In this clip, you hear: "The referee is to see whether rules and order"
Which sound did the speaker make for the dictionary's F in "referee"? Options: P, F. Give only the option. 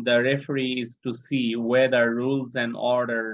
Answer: F